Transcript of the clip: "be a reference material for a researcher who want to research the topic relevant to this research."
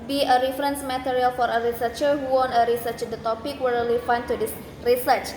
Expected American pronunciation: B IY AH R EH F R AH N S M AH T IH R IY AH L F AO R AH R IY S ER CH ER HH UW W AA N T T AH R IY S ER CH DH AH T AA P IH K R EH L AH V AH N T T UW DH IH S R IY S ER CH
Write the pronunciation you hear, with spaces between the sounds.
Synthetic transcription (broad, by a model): B IY AH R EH F R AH N S M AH T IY R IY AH L F AO R AH R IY S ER CH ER HH UW W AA N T T AH R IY S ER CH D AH T AA P IH K W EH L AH F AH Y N T UW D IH S R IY S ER CH